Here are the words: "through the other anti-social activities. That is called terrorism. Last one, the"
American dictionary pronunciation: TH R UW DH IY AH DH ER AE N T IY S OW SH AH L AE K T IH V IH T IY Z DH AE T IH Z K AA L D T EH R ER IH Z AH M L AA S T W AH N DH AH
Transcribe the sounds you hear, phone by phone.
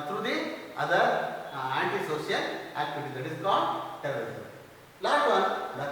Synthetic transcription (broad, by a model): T R UW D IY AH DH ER AE N T IY S OW S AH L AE K T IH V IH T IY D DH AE T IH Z K AA L D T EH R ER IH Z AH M L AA T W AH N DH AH